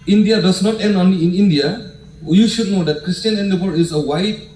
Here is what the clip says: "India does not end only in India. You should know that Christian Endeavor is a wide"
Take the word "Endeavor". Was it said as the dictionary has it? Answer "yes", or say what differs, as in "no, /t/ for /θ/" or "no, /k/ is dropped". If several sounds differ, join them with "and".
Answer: no, /b/ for /v/